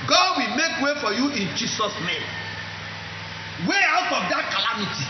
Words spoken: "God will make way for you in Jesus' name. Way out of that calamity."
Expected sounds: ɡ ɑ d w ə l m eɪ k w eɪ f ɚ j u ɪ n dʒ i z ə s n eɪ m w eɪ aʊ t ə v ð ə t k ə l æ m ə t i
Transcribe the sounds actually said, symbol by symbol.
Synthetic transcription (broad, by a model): ɡ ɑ d w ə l m eɪ k w eɪ f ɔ j u ɪ n dʒ i s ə s n eɪ m w eɪ aʊ t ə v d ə t k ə l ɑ m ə t i